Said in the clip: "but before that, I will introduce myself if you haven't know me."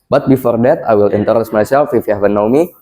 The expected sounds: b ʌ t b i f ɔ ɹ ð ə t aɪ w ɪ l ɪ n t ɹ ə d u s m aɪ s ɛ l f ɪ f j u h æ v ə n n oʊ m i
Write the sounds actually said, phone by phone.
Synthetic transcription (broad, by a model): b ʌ t b i f ɔ ɹ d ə t aɪ w ɪ l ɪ n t ə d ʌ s m aɪ s ɛ l f ɪ f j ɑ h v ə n n oʊ m i